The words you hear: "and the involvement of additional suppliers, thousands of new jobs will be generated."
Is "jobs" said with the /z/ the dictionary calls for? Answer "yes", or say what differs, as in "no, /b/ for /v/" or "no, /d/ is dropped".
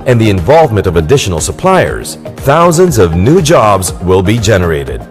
yes